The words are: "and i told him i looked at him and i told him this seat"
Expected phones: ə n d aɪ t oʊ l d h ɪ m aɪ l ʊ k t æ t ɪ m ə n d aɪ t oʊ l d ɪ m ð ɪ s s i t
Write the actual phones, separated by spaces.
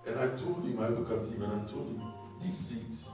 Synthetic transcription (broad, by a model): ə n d aɪ t oʊ l d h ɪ m aɪ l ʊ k ɑ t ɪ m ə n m t oʊ l d ɪ m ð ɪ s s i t